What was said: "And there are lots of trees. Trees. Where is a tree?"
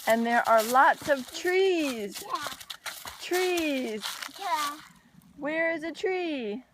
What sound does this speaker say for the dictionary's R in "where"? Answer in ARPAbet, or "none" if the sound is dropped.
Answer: R